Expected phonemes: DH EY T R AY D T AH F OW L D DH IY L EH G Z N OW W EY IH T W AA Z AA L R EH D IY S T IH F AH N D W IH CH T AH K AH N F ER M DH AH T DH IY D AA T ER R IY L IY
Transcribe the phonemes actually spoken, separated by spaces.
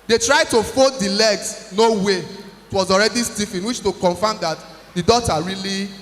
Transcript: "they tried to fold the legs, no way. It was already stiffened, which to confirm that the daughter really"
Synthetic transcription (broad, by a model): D EY T R AY D T AH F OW D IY L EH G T N OW W EY IH T W AA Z AA L R EH D IY S T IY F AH N W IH CH T AH K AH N F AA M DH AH T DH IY D AA T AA R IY L IY